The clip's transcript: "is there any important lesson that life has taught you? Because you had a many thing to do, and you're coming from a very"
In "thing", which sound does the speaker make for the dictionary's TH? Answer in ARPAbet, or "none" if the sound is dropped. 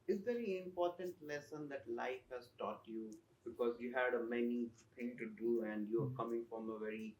T